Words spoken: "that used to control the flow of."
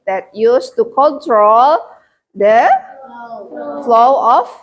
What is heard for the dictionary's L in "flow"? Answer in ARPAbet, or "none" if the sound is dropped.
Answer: L